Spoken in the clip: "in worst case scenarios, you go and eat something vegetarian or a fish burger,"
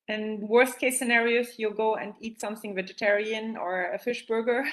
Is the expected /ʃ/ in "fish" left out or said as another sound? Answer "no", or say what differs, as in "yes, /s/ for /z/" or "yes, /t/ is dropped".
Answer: no